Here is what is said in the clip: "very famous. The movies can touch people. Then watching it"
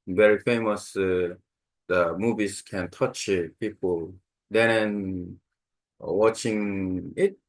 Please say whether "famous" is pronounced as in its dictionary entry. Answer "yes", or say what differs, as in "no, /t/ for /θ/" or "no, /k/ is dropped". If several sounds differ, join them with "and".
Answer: yes